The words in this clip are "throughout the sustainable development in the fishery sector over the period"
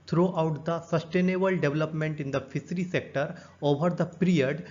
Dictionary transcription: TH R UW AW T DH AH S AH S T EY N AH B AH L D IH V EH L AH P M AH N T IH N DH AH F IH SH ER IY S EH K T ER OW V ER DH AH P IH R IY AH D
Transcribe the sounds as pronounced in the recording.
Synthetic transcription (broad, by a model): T R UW AW T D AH S AH S T EY N AH B AH L D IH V L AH P M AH N T IH N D AH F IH S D IY S EH K T ER OW V ER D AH P R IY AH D